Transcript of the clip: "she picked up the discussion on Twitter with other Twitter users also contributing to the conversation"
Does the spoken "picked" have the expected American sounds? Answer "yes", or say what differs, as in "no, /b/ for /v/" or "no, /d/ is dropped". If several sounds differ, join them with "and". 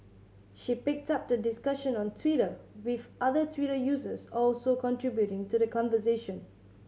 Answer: yes